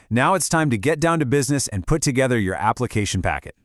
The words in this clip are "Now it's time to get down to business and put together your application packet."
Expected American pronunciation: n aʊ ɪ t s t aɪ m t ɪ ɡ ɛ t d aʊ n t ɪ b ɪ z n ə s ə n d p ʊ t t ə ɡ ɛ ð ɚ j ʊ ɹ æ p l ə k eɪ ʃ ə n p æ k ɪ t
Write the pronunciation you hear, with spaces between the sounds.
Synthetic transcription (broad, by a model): n aʊ ɪ t s t aɪ m t ɪ ɡ ɛ t d aʊ n t ɪ b ɪ z n ə s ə n p ʊ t t ə ɡ ɛ ð ɚ j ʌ ɹ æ p l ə k eɪ ʃ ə n p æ k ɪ t